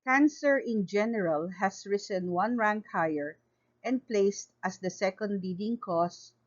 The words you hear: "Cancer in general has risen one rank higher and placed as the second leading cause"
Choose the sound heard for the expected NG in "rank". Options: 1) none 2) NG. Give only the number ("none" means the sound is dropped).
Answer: 2